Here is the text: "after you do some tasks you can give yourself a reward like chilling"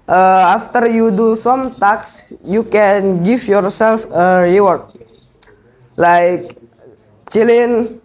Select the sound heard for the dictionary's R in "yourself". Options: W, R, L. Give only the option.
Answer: R